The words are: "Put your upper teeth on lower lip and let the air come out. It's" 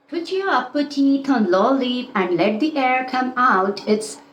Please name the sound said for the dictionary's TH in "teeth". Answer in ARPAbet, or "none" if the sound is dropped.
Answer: T